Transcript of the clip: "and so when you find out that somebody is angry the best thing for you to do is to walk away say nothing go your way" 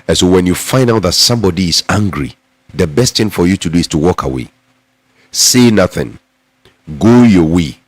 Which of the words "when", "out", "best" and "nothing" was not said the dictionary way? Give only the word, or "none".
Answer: none